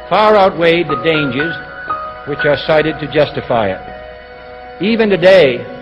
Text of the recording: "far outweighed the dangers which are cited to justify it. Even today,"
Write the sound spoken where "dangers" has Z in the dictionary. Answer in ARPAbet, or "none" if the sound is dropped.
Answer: Z